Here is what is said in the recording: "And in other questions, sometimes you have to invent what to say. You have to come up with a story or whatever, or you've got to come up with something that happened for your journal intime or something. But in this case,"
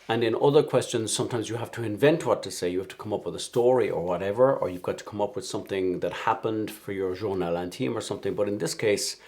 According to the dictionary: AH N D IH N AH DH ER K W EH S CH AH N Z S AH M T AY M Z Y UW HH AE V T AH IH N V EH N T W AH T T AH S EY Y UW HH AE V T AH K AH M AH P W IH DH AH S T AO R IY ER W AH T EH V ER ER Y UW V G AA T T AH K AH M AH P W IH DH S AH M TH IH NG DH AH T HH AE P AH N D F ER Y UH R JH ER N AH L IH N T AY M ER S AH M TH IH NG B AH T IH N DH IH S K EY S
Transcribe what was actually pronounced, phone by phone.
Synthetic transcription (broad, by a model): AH N IH N AH DH ER K W EH S CH AH N Z S AH M T AY M Z Y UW HH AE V T AH IH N V EH N T W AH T T AH S EY Y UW HH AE F T AH K AH M AH P W IH DH AH S T AO R IY ER W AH T EH V ER ER Y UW V G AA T T AH K AH M AH P W IH DH S AH M TH IH NG DH AH T HH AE P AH N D F ER Y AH R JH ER N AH L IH N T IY M ER S AH M TH IH NG B AH T IH N DH IH S K EY S